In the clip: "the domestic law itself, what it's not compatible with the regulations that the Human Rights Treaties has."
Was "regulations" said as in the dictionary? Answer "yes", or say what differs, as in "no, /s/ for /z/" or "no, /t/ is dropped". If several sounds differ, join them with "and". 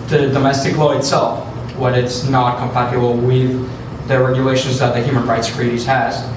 yes